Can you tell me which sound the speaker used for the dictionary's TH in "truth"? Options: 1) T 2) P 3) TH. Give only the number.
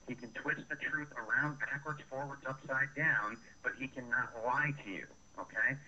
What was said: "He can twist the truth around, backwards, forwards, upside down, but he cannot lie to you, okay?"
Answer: 3